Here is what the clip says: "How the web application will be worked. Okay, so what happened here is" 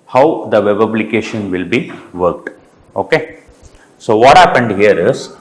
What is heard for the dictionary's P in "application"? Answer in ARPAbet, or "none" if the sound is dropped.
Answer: B